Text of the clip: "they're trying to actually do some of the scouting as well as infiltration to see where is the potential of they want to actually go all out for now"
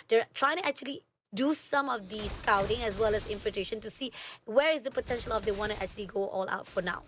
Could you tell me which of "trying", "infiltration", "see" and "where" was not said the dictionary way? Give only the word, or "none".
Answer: infiltration